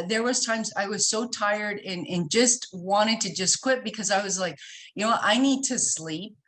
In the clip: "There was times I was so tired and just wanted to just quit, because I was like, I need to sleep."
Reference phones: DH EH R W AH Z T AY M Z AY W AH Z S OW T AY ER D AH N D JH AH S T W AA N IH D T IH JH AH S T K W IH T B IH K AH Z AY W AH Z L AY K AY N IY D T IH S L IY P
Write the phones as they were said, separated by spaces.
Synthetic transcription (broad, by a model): DH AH R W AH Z T AY M Z AY W AH Z S OW T AY ER D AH N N JH AH S T W AA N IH D T IH JH AH S T K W IH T B IH K AH Z AY W AH Z L AY K AY N IY D T IH S L IY P